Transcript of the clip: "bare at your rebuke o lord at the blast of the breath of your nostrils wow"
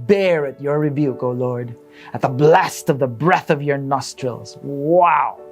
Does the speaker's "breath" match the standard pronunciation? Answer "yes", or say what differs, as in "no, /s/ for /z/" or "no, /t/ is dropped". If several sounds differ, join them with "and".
yes